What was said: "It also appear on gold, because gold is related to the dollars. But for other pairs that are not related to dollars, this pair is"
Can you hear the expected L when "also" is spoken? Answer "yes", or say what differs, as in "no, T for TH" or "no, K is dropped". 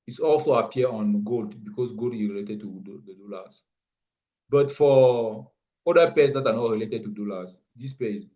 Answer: yes